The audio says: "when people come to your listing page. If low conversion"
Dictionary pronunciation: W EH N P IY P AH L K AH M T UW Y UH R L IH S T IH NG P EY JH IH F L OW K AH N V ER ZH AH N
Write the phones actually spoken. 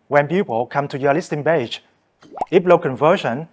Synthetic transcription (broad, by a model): W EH N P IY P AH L K AH M T UW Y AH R L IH S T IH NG B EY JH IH P L OW K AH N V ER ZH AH N